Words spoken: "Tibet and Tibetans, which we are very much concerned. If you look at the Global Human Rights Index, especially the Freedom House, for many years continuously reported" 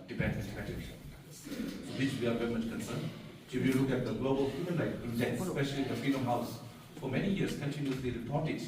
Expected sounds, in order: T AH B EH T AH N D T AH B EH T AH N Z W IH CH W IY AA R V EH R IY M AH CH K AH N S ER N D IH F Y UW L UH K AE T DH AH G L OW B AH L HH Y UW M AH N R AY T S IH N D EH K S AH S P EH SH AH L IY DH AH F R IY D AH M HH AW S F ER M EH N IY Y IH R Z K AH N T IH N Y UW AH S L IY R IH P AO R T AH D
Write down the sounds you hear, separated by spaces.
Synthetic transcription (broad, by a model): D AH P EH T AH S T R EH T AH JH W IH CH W IY AA R V EH R IY M AH CH K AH N S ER N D IH F Y UW L UH K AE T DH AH G L OW B AH L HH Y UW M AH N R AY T IH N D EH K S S P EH SH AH L IY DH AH F R IY D AH M HH AW S F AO M EH N IY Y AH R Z K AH N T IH N Y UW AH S L IY R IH P AO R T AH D